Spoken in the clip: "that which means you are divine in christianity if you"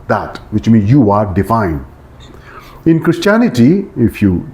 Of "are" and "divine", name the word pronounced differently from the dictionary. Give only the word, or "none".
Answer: divine